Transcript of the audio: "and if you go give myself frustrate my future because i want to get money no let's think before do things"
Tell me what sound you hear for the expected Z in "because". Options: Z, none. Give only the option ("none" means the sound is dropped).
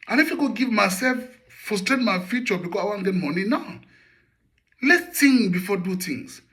none